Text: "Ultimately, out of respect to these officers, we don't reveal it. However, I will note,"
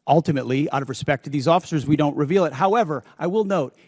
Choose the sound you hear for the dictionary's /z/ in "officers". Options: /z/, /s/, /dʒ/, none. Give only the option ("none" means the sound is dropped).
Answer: /z/